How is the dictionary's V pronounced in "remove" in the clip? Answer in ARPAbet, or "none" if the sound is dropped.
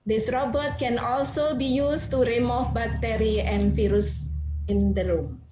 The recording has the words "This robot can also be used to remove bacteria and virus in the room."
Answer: F